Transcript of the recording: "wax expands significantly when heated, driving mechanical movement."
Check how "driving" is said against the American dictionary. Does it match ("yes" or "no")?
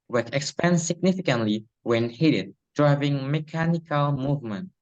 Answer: yes